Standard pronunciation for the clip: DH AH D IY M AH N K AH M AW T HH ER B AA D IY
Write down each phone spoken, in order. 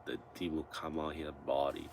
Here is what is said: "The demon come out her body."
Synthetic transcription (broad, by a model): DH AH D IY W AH L K AH M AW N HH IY B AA D IY